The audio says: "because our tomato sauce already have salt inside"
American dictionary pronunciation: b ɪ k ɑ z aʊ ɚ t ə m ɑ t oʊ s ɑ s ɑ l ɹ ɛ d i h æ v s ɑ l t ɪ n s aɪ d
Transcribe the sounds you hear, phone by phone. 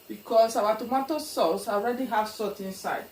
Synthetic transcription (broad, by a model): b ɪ k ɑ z aʊ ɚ t ə m ɑ t oʊ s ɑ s ɑ l ɹ ɛ d i h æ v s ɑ t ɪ n s aɪ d